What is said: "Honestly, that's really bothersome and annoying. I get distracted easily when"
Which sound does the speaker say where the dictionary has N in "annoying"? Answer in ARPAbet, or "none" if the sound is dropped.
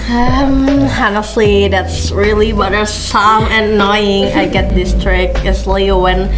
none